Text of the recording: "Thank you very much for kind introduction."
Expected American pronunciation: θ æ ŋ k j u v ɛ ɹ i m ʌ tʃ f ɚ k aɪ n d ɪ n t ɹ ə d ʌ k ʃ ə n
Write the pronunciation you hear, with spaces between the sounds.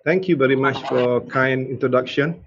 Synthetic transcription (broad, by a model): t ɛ ŋ k j u v ɛ ɹ i m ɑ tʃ f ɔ k aɪ n i n t ɹ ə d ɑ k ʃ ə n